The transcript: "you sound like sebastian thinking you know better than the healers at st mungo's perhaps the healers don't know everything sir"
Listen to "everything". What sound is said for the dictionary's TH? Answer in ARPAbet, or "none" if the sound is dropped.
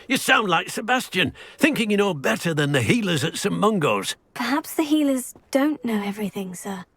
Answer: TH